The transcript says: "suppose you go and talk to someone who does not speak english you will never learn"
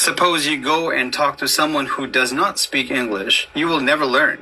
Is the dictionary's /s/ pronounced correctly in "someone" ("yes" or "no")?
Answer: yes